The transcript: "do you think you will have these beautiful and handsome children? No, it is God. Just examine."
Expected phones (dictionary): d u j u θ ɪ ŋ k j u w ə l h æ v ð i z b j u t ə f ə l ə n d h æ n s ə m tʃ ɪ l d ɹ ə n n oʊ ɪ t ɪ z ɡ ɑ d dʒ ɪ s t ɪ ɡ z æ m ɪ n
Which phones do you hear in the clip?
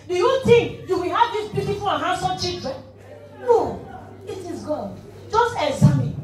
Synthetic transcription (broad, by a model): d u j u t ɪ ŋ j u w ə l h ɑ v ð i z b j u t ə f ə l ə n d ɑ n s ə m tʃ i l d ɹ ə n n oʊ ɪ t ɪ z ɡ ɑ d dʒ ɪ s t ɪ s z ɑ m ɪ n